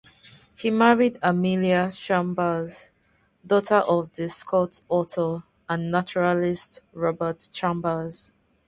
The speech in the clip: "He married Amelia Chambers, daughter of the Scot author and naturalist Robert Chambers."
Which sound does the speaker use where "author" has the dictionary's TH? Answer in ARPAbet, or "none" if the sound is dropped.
T